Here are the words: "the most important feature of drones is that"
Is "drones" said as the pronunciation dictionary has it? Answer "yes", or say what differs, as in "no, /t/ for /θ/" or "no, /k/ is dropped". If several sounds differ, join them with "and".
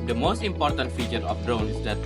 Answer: no, /z/ is dropped